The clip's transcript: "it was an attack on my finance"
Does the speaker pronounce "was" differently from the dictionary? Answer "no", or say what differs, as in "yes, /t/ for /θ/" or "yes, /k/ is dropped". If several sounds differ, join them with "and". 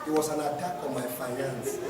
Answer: yes, /s/ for /z/